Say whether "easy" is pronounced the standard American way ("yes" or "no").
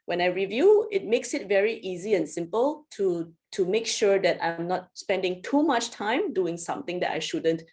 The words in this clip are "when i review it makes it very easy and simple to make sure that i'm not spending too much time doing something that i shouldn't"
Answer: yes